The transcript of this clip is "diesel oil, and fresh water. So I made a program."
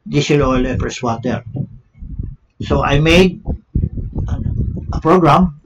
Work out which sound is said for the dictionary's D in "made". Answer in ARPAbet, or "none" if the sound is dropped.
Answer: D